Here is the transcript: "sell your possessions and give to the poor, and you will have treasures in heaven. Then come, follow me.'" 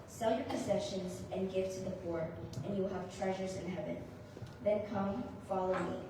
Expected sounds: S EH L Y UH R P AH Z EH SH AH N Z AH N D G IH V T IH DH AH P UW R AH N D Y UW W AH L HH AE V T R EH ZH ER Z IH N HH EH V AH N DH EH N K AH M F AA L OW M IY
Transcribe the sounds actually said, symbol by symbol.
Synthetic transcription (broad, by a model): S EH L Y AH R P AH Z EH SH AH N Z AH N G IH V T IH DH AH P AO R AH N Y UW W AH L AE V T R EH ZH ER Z IH N HH EH V AH N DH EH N K AH M F AA L OW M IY